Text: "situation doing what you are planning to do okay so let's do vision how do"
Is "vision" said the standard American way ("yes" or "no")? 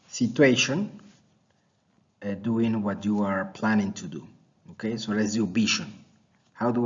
no